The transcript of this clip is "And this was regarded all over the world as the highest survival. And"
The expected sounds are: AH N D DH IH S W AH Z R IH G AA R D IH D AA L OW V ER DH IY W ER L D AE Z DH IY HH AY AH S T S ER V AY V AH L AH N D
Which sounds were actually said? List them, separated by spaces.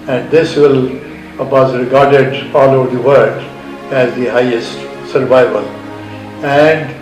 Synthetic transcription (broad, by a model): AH N D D IH S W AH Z R IH G AA R D IH D AA L OW V ER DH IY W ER D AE Z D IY HH AY AH S T S ER V AY V AH L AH N D